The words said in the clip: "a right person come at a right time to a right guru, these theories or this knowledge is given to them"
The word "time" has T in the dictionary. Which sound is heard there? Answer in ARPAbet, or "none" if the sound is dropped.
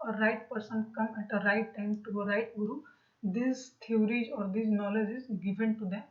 T